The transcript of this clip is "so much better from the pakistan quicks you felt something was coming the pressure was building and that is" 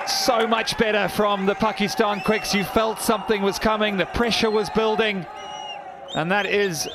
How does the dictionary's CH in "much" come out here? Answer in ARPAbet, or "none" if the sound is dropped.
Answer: CH